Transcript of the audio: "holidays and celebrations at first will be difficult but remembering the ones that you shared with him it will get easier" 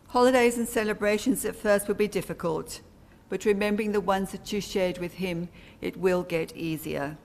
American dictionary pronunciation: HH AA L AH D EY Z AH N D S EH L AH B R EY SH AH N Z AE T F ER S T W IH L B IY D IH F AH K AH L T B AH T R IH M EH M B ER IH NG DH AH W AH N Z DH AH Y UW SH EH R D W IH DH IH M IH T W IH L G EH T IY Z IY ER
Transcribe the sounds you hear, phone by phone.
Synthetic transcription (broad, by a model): HH AA L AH D EY Z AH N S EH L AH B R EY SH AH N Z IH T F ER S T W IH L B IY D IH F AH K AH L T B AH T R IH M EH M B ER IH NG DH AH W AH N Z DH AH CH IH SH EH R D W IH DH IH M IH T W IH L G EH T IY Z IY ER